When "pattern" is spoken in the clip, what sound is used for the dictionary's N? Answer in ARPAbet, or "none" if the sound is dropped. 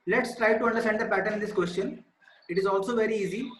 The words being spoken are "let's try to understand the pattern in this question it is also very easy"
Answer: none